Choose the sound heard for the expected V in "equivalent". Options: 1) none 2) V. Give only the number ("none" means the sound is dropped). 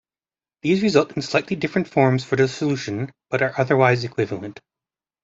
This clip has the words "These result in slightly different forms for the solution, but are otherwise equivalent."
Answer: 2